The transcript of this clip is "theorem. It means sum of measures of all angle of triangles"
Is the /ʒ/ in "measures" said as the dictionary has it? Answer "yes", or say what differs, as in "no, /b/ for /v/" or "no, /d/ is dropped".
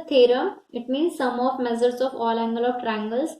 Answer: no, /z/ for /ʒ/